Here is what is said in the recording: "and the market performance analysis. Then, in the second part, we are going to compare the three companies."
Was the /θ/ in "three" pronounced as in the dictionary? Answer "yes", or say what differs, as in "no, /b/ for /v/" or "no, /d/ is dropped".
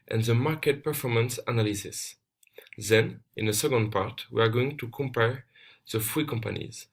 no, /f/ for /θ/